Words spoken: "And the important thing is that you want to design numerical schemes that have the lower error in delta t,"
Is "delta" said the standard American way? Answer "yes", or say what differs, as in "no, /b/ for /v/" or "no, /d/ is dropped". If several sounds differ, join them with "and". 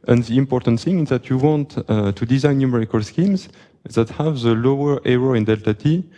yes